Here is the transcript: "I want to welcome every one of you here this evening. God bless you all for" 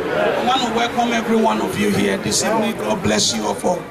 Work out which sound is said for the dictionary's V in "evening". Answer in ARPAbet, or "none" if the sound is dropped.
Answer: P